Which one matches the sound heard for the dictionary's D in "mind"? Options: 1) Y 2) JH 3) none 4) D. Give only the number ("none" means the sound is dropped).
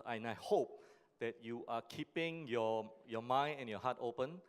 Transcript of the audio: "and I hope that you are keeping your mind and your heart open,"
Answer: 3